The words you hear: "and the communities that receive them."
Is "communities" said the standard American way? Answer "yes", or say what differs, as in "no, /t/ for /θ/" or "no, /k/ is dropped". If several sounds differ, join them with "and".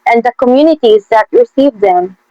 yes